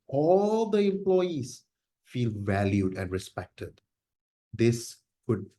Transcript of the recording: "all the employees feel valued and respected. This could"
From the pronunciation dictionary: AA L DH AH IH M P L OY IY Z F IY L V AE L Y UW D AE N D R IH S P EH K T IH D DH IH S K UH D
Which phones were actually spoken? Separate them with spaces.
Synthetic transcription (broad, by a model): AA L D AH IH M P L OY IY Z F IY L V AE L Y UW D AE N D R IH S P EH K T IH D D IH S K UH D